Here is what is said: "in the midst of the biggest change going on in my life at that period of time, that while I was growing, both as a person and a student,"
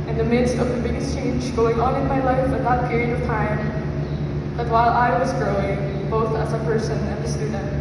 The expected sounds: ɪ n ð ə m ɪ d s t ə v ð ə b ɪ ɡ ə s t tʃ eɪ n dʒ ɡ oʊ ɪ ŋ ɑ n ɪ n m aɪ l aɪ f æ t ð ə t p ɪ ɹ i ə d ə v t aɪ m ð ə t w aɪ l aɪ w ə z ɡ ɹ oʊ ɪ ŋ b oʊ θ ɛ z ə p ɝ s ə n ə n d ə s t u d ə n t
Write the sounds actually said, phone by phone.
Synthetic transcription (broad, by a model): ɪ n ð ə m ɪ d s t ə v ð ə b ɪ ɡ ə s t tʃ eɪ n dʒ ɡ oʊ ɪ ŋ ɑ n ɪ n m aɪ l aɪ f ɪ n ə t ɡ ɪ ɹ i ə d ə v t aɪ m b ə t w aɪ l aɪ w ə z ɡ ɹ oʊ ɪ ŋ b oʊ θ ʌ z ə p ɝ s ə n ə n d ə s t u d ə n t